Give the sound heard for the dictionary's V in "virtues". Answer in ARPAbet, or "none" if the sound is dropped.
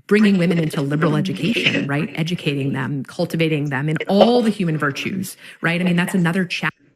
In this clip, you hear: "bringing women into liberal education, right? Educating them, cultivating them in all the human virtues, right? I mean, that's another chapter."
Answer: V